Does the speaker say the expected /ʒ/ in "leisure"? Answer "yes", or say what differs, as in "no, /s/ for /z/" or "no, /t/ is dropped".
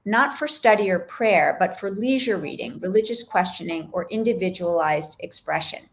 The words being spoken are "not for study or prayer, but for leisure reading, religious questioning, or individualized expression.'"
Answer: yes